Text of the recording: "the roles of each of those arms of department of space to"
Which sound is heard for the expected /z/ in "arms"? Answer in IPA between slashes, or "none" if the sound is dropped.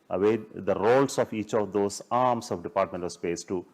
/s/